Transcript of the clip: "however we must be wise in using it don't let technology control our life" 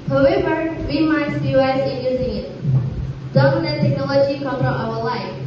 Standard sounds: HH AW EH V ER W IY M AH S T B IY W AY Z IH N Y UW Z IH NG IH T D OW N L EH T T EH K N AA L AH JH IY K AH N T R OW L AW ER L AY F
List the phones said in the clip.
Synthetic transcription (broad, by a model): HH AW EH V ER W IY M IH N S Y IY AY S IH N Y UW Z IH NG IH T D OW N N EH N T EH K N AA L AH JH IY K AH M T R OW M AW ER L AY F